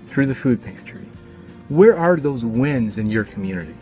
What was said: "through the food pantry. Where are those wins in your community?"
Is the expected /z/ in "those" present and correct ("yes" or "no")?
yes